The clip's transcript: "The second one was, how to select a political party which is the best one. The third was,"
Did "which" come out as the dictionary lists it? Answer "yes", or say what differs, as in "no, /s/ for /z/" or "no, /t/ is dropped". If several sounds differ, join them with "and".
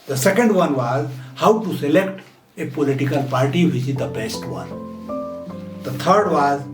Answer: no, /s/ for /tʃ/